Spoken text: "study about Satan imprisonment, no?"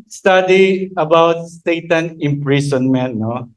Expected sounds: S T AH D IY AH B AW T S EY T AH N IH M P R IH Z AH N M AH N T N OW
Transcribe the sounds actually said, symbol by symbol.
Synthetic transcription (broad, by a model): S T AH D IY AH B AW T S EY T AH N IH M P R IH S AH N M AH N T N OW